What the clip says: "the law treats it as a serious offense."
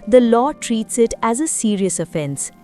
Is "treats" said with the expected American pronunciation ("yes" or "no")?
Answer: yes